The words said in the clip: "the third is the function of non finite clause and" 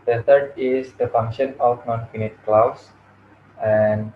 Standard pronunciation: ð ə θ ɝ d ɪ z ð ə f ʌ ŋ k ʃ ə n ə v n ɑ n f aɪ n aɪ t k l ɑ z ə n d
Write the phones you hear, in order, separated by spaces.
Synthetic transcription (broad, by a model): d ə t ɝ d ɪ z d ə f ʌ ŋ k ʃ ə n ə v n ɑ n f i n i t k l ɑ s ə n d